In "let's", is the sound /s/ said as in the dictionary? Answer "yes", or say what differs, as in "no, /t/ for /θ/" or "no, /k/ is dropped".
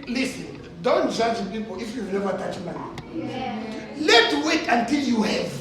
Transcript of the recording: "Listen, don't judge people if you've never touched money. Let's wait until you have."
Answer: no, /s/ is dropped